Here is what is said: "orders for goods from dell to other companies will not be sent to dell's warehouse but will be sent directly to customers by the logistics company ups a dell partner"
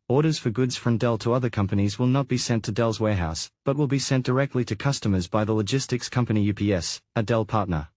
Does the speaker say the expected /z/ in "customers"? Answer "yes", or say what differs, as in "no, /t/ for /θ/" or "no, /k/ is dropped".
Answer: yes